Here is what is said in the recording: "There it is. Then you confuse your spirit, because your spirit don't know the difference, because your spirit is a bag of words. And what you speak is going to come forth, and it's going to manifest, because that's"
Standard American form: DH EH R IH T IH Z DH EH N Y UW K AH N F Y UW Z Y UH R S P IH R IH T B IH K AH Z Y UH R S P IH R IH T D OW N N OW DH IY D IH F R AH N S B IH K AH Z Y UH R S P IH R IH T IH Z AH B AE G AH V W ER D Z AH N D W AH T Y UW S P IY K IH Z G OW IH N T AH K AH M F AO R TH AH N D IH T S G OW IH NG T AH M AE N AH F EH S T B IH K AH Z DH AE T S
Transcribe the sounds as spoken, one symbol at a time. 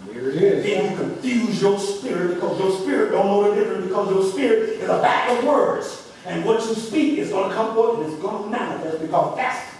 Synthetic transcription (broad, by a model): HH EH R IH T IH Z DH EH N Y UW K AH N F Y UW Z Y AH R S P IH R IH T B IH K AH Z Y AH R S P IH R IH T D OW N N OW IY D IH F R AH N B IH K AH Z Y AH R S P IH R IH T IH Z AH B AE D AH V W ER D Z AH N W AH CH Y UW S P IY K IH Z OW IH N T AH K AH M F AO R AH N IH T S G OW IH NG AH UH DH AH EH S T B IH K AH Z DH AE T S